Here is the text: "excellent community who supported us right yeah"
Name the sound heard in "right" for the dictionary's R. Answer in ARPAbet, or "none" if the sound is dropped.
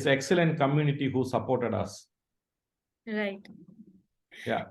R